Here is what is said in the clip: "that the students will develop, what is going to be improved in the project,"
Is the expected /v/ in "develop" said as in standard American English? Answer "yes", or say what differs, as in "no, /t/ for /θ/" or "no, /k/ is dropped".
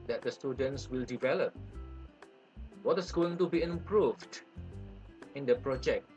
yes